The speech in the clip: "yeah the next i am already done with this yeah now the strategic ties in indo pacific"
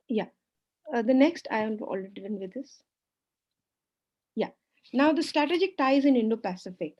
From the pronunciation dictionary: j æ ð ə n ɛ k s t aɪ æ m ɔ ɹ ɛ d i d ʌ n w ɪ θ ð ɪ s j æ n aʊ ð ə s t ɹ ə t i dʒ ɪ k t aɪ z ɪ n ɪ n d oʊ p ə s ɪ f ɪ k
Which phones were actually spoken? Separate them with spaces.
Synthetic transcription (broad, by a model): j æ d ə n ɛ k s t aɪ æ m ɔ l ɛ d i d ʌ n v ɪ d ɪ s j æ n aʊ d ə s t ɹ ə t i dʒ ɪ k t aɪ z ɪ n ɪ n d oʊ p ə s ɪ f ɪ k